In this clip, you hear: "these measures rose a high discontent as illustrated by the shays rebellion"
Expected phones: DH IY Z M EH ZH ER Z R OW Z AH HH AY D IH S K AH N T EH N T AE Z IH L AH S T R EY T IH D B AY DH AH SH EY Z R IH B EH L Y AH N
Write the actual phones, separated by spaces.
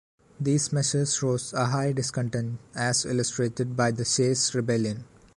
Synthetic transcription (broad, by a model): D IY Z M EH SH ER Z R OW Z AH HH AY D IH S K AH N T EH N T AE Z IH L AH S T R EY T IH D B AY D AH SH EY S R IH B EH L Y AH N